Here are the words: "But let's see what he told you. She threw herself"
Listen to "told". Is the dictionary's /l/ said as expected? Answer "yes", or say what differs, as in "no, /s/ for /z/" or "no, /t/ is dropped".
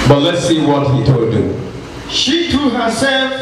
no, /l/ is dropped